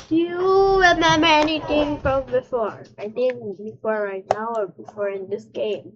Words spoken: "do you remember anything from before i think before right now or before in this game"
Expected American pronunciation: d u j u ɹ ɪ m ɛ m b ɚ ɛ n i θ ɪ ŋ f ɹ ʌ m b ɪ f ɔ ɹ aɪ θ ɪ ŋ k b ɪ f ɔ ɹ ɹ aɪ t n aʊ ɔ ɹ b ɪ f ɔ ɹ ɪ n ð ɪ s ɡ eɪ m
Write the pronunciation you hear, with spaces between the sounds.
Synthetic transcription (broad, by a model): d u j u w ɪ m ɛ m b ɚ ɛ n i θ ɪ ŋ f ɹ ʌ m b ɪ f ɔ ɹ aɪ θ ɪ ŋ k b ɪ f ɔ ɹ ɹ aɪ t n aʊ ɔ ɹ b ɪ f ɔ ɹ ɪ n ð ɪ s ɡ eɪ m